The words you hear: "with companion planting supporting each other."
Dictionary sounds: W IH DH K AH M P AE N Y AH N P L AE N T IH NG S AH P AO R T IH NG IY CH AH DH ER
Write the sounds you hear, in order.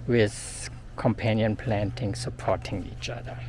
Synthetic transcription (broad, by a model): W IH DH K AH M P AE N Y AH N P L AE N T IH NG S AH P AO T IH NG IY CH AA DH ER